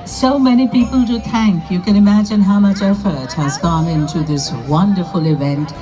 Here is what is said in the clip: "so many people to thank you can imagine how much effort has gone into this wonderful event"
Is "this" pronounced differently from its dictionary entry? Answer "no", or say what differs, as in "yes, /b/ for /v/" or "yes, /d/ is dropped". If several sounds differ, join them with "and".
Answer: no